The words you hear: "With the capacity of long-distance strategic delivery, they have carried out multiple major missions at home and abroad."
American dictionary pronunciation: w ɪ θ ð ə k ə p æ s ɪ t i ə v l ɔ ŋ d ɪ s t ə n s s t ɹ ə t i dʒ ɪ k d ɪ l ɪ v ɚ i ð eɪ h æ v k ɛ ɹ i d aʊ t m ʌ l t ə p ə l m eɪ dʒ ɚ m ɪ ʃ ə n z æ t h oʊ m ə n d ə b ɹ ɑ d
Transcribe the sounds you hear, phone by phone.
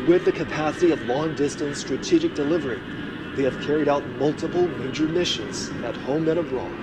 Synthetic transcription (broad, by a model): w ɪ ð ə k ə p æ s ɪ t i ə v l ɔ ŋ d ɪ s t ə n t s t ɹ ə t i dʒ ɪ k d ɪ l ɪ v ɚ i ð eɪ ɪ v k ɛ ɹ i d aʊ t m ʌ l t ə p l m eɪ dʒ ɚ m ɪ ʃ ə n z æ t h oʊ m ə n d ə b ɹ ɑ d